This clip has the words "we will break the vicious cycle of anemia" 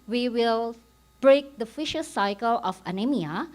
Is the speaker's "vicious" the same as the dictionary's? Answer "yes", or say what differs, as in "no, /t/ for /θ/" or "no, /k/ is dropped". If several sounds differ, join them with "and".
no, /f/ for /v/